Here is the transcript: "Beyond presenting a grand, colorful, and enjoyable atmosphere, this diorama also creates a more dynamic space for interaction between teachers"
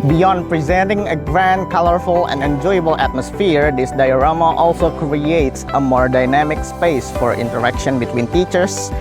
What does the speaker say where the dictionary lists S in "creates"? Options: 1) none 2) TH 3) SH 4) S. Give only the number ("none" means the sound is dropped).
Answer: 4